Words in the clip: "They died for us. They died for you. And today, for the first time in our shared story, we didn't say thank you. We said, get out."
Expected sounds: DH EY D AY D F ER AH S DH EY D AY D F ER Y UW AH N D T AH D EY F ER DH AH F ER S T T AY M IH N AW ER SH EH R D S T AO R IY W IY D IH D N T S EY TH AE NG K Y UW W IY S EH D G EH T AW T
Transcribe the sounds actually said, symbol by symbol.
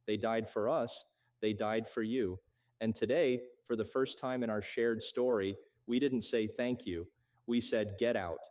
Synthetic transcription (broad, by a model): DH EY D AY D F ER AH S DH EY D AY D F ER Y UW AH N T AH D EY F ER DH AH F ER S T T AY M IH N AW ER SH EH R D S T AO R IY W IY D IH D N T S EY TH AE NG K Y UW W IY S EH D G EH T AW T